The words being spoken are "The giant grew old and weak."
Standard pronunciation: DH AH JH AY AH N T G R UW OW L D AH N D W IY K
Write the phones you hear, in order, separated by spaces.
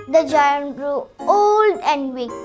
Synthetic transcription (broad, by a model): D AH JH AY AH N T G R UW OW L D AH N D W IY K